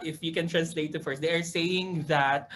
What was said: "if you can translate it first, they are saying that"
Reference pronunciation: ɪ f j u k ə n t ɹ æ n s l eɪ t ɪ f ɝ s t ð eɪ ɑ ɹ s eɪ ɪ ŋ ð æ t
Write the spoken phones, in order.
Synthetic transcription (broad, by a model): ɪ f j u k ə n t ɹ æ n s l eɪ t ɪ f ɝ s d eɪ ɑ ɹ s eɪ ɪ ŋ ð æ t